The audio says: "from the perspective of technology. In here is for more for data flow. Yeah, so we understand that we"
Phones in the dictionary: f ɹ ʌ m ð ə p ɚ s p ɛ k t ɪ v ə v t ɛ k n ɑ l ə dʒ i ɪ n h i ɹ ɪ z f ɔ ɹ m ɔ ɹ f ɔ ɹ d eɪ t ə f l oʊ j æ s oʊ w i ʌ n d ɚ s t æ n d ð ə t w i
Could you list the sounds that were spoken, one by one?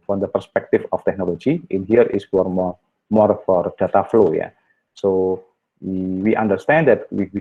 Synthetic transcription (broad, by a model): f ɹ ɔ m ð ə p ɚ s p ɛ k t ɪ f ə f t ɛ k n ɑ l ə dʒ i ɪ n h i ɹ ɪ s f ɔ ɹ m ɔ ɹ f ɔ ɹ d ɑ t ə f l oʊ j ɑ s oʊ w i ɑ n d ɚ s t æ n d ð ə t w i